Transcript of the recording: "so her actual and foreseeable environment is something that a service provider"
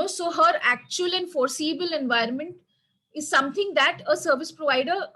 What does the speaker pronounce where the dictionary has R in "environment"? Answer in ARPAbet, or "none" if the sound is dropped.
R